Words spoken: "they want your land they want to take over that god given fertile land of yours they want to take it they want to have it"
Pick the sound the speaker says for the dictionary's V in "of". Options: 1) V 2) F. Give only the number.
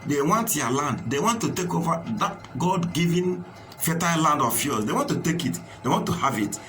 2